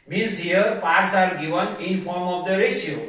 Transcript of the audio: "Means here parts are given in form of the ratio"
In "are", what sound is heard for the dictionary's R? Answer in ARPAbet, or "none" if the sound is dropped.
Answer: L